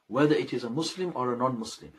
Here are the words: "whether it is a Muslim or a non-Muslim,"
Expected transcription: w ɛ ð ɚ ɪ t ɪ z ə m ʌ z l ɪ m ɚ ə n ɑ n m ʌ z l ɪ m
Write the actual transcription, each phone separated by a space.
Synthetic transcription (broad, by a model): w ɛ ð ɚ ɪ t ɪ z ə m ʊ s l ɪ m ɚ ə n ɑ n m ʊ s l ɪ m